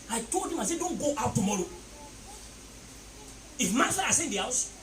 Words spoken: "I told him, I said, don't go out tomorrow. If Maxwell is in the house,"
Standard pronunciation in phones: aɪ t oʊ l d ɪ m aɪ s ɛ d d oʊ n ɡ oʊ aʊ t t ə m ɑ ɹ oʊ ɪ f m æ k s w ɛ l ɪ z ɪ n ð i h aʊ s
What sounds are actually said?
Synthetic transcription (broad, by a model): aɪ t oʊ l d ɪ m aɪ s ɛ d d oʊ n ɡ oʊ aʊ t t ə m ɑ ɹ oʊ ɪ f m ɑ s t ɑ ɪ s ɪ n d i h aʊ s